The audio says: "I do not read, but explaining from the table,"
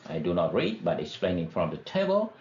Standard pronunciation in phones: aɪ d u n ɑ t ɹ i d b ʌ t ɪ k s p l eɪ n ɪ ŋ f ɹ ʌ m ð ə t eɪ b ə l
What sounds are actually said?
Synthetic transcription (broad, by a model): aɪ d u n ɑ t ɹ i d b ʌ t ɪ k s p l eɪ n ɪ ŋ f ɹ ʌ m ð ə t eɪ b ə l